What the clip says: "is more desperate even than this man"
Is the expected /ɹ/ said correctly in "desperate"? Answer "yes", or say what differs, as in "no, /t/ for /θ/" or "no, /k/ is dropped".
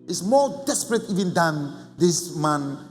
yes